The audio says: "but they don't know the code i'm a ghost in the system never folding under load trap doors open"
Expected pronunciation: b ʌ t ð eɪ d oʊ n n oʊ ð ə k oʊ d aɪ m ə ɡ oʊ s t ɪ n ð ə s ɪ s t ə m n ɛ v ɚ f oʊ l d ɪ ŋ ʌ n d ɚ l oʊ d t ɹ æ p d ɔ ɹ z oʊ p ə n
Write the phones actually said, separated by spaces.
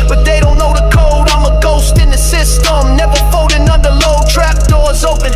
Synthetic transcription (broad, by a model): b ʌ t ð eɪ d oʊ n n oʊ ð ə k oʊ d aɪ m ə ɡ oʊ s t ɪ n ð ə s ɪ s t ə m n ɛ v ɚ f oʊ d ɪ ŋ ʌ n d ɚ l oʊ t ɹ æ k d ɔ ɹ z oʊ p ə n